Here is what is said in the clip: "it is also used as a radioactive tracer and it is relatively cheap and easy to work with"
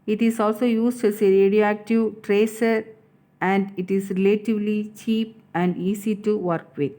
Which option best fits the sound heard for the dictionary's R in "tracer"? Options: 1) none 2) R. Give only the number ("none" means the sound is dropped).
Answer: 2